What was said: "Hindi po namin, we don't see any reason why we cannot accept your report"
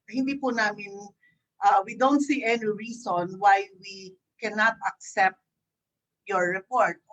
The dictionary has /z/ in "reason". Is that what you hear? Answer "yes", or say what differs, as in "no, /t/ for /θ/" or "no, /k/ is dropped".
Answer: no, /s/ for /z/